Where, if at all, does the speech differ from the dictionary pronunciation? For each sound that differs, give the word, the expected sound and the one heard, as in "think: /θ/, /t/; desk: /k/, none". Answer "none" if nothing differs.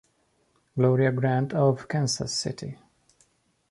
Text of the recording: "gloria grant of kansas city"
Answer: kansas: /z/, /s/